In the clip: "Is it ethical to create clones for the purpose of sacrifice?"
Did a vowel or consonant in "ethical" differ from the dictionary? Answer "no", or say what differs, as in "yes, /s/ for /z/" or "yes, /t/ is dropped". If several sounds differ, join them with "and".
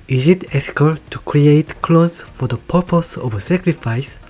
yes, /f/ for /θ/